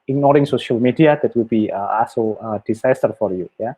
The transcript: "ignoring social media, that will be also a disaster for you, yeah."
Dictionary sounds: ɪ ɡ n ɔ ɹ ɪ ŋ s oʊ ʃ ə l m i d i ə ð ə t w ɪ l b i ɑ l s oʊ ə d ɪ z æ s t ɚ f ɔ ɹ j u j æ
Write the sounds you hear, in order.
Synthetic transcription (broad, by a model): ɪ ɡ n ɔ ɹ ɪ ŋ s oʊ ʃ ə l m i d i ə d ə t w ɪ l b i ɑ s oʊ ə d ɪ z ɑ s t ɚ f ɔ ɹ j u j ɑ